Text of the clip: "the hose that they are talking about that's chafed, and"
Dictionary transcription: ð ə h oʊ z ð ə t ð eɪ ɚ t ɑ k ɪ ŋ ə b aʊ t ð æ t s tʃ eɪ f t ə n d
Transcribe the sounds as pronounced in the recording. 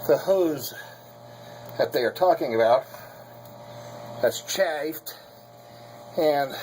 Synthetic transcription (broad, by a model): ð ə h oʊ z ð ə t ð eɪ ɚ t ɑ k ɪ ŋ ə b aʊ t ð æ t s tʃ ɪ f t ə n